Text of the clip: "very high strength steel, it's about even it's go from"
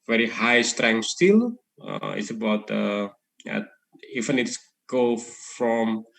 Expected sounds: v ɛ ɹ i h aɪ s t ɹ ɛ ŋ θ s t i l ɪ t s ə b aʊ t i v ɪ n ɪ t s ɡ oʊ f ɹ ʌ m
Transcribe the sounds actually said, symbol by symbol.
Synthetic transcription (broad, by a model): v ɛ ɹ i h aɪ s t ɹ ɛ ŋ s t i l ɪ t s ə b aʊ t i f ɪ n ɪ t s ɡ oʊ f ɹ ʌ m